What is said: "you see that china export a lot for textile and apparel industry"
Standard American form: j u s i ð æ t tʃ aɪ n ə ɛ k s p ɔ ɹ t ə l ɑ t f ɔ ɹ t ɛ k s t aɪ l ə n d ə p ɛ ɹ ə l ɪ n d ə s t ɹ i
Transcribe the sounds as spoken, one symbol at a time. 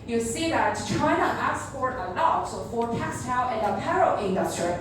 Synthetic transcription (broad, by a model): j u s i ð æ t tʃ aɪ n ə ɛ s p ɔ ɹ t ə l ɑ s f ɔ ɹ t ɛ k s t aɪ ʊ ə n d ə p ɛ ɹ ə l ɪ n d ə s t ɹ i